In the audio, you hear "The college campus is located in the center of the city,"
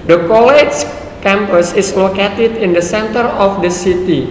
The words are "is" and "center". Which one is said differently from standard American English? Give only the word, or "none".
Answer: is